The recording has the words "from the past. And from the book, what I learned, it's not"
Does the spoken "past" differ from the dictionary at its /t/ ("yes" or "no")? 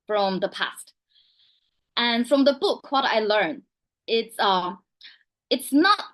no